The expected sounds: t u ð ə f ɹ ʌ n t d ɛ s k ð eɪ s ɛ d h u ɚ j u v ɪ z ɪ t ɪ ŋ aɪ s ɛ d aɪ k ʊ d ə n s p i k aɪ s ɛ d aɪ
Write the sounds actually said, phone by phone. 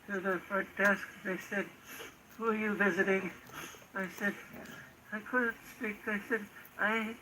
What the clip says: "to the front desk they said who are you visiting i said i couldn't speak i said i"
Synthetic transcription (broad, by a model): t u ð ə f ʌ t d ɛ s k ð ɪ s ɛ d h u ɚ j u v ɪ z ɪ t ɪ ŋ aɪ s ɛ d aɪ k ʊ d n s p i k aɪ s ɛ d aɪ